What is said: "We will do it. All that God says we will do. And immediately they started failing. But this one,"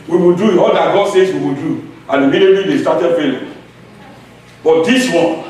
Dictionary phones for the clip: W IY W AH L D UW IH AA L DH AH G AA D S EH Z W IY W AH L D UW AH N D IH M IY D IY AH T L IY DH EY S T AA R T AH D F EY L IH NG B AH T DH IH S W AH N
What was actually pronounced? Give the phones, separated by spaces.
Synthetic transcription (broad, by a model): W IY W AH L D UW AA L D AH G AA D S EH S W IY W AH L D UW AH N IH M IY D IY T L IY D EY S T AA T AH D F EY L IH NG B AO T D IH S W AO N